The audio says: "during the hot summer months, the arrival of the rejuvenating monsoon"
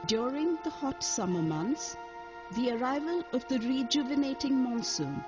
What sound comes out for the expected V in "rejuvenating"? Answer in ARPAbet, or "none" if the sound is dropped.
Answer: V